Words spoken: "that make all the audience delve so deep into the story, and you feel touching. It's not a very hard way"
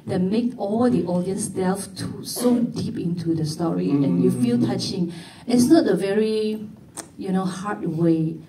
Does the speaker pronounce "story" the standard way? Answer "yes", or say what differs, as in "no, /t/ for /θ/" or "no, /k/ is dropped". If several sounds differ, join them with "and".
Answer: yes